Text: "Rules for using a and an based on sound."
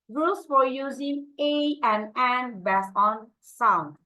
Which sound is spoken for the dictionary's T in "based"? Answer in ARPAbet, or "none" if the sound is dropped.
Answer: none